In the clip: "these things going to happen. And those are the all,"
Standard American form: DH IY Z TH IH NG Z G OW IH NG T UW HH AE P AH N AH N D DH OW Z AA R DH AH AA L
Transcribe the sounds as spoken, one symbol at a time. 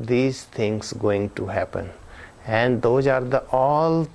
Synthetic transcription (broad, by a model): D IY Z T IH NG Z G OW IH NG T UW HH AE P AH N AH N D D OW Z AA R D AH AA L